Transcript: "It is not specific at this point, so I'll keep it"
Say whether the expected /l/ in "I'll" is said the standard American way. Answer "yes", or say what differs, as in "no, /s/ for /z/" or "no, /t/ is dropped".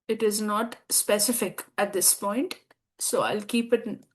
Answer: yes